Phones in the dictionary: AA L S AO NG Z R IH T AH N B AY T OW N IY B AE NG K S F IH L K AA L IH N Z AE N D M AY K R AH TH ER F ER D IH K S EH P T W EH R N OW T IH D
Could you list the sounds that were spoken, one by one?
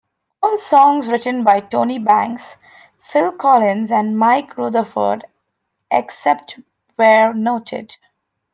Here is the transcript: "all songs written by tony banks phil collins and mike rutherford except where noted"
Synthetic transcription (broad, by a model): AA L S AO NG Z R IH T AH N B AY T OW N IY B AE NG K S F IH L K AA L IH N Z AE N D M AY K R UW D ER F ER D IH K S EH P T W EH R N OW T IH D